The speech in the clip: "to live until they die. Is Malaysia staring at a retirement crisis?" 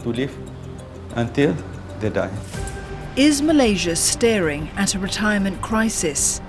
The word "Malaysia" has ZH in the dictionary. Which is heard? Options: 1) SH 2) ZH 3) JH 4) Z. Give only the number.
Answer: 2